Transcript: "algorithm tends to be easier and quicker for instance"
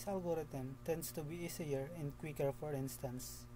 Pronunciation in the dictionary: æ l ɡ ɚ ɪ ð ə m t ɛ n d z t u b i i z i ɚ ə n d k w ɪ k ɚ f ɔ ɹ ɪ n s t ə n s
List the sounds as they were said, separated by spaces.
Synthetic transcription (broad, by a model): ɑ l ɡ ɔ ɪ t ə m t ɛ n d s t u b i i s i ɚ ə n d k w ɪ k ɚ f ɔ ɹ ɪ n s t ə n s